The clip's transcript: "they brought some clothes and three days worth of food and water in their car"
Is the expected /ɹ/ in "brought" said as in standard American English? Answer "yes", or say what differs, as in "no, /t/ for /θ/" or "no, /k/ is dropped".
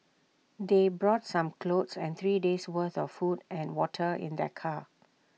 yes